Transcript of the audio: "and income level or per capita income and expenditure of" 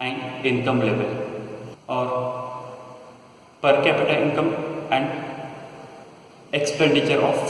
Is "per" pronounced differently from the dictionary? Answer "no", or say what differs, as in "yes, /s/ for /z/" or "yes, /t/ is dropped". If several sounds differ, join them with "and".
no